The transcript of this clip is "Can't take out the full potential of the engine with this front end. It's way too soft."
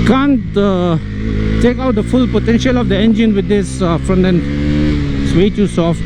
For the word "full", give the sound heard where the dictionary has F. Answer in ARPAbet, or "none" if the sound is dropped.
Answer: F